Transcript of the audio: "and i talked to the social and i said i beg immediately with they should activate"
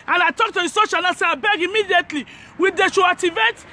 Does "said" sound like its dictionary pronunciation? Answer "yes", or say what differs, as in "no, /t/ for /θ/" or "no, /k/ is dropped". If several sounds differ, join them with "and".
no, /d/ is dropped